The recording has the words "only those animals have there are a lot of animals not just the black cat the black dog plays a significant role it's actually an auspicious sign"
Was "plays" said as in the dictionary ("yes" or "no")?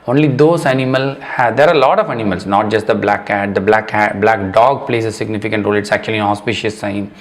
no